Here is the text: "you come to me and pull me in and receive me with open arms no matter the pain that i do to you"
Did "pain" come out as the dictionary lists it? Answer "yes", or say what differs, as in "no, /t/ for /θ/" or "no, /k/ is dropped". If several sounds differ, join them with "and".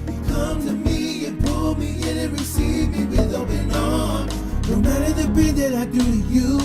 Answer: no, /b/ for /p/